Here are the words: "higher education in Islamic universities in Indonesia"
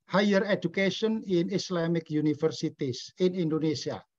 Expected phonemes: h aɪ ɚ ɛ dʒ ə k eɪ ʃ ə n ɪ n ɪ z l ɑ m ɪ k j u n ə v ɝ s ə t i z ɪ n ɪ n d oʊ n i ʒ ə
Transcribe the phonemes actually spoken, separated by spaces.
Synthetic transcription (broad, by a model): h aɪ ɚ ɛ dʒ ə k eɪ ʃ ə n ɪ n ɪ s l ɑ m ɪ k j u n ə f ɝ s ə t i s ɪ n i n d oʊ n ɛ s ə